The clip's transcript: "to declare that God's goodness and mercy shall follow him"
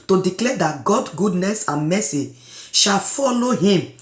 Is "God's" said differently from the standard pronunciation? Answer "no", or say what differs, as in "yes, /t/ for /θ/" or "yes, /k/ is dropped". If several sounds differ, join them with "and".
yes, /z/ is dropped